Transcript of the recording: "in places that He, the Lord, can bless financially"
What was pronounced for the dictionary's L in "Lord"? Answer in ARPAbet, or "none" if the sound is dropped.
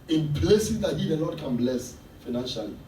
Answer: N